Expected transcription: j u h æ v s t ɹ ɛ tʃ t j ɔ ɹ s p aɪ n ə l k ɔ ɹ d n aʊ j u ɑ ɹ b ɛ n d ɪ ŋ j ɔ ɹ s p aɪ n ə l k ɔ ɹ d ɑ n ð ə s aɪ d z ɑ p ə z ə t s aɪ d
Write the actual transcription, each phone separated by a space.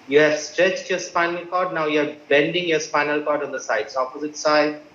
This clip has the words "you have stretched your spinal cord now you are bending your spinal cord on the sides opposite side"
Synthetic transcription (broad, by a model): j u h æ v s t ɹ ɛ tʃ t j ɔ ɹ s p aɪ n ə l k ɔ ɹ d n aʊ j u ɑ ɹ b ɛ n d ɪ ŋ j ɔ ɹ s p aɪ n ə l k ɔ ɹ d ɑ n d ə s aɪ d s ɑ p ə z ə t s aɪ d